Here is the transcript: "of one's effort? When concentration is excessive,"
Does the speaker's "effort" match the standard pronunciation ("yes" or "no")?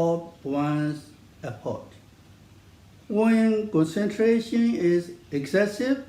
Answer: no